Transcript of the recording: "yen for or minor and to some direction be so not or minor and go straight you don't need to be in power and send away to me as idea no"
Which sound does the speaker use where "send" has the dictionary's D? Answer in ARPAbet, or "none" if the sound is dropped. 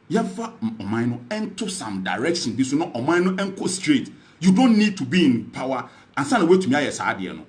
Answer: none